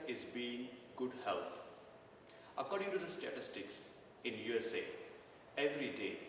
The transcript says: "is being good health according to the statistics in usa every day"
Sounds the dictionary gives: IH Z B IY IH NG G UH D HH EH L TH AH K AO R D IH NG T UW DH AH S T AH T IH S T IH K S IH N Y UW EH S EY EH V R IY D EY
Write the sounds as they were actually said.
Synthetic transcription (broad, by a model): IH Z B IY IH NG G UH D HH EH L T AH K AO R D IH NG T UW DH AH S T AH T IH S T IH K S IH N Y UW EH S EY EH V R IY D EY